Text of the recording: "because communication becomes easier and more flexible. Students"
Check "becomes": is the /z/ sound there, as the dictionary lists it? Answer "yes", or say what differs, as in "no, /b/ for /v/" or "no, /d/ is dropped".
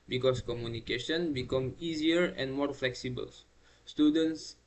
no, /z/ is dropped